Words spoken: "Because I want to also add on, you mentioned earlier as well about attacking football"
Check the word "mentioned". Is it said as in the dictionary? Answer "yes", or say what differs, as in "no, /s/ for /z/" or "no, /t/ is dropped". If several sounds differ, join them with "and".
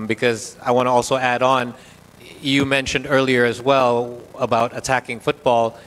yes